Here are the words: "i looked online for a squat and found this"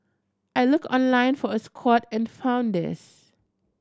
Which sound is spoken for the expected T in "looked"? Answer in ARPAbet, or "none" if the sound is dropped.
none